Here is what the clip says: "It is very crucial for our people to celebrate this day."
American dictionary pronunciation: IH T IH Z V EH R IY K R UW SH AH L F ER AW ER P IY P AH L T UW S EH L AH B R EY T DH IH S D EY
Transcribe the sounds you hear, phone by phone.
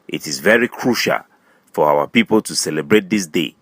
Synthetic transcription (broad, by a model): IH T IH Z V EH R IY K R UW SH AH L F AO AW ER P IY P AH L T UW S EH L AH B R EY T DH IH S D EY